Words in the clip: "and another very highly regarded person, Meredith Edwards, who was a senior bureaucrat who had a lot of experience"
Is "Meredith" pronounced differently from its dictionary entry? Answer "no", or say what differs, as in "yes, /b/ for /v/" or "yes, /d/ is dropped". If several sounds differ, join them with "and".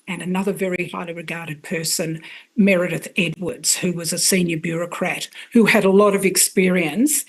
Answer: no